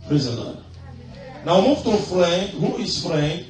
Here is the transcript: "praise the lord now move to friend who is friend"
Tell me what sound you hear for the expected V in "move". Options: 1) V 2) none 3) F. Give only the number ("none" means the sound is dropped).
3